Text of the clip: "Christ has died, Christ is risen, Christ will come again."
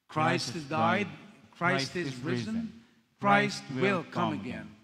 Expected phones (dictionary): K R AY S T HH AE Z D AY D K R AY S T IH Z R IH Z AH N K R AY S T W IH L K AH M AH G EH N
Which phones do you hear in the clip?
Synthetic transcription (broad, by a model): K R AY S T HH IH Z D AY D K R AY S T IH Z R IH Z AH N K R AY S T W IH L K AH M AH G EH N